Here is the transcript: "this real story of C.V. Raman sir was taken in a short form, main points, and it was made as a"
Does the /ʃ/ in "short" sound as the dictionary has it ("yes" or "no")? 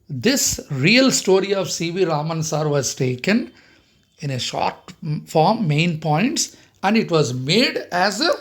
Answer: yes